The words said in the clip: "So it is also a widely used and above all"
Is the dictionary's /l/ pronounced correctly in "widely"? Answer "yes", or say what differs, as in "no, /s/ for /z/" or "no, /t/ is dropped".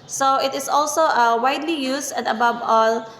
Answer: yes